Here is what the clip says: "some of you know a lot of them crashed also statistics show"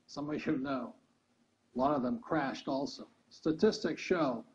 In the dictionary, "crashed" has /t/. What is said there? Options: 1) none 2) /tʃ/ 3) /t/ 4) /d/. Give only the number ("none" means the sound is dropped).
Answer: 3